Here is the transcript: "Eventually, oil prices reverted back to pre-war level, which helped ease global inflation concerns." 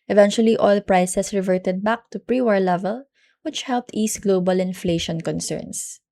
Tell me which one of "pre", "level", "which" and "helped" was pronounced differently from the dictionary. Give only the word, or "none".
none